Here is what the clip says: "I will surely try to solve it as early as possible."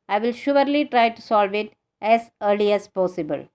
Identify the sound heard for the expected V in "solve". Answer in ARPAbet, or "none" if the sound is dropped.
V